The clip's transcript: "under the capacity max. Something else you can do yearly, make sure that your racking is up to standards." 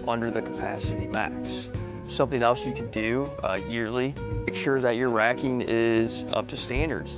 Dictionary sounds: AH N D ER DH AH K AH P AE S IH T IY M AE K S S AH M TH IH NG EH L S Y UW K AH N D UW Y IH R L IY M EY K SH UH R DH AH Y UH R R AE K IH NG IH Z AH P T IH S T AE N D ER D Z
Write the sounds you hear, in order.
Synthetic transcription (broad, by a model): AH N D ER DH AH K AH P AE S IH T IY M AE K S S AH M TH IH NG EH L S Y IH K AH N D UW Y IH R L IY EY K SH UH R DH AH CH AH R R AE K IH NG IH Z AH P T IH S T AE N D ER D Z